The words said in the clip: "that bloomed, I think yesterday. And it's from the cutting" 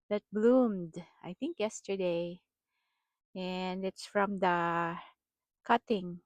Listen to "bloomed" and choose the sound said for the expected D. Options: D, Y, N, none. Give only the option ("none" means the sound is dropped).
D